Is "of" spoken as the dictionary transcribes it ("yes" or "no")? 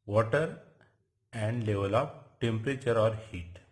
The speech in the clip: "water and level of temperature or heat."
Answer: no